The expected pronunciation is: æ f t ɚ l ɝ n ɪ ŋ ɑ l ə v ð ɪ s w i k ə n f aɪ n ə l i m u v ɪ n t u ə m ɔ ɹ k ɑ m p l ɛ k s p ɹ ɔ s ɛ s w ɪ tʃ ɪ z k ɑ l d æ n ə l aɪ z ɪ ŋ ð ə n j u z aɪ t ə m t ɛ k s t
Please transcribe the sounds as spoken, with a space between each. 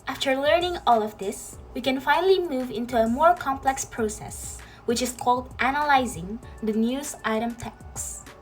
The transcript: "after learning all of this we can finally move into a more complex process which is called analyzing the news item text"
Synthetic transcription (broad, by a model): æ f t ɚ l ɝ n ɪ ŋ ɑ l ə v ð ɪ s w i k ə n f aɪ n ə l i m u v ɪ n t u ə m ɔ ɹ k ɑ m p l ɛ k s p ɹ ɔ s ɛ s w ɪ tʃ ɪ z k ɑ l d æ n ə l aɪ z ɪ ŋ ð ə n j u z aɪ t ə m t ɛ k s